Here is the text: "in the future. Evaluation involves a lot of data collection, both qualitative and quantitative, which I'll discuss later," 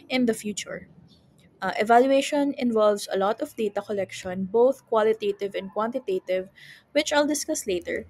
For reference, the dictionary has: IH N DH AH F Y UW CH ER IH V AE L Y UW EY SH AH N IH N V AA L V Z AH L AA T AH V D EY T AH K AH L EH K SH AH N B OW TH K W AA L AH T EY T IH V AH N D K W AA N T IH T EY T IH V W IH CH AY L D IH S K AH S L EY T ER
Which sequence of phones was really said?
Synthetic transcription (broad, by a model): IH N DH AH F Y UW CH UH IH V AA L Y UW EY SH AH N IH N V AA L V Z AH L AA T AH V D EY T AH K AH L EH K SH AH N B OW TH K W AA L AH T EY T IH V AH N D K W AA N T IH T EY T IH V W IH CH AY L D IH S K AH S L EY T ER